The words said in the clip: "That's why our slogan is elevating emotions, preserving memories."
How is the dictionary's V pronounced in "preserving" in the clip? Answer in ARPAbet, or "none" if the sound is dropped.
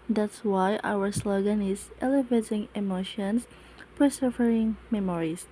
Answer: none